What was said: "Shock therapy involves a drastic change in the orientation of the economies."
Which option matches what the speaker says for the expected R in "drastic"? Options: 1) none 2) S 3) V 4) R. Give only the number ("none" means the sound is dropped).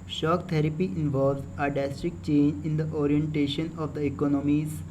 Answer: 1